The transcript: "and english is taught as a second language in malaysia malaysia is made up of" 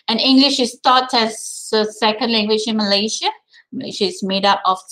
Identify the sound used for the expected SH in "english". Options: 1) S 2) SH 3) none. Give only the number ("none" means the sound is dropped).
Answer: 2